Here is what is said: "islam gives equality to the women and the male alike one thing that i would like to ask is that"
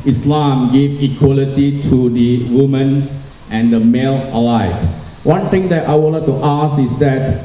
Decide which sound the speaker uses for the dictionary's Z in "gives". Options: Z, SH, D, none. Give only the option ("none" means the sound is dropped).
none